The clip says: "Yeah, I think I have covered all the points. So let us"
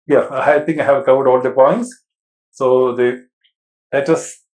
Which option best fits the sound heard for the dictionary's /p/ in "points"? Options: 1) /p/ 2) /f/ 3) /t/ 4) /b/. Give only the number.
1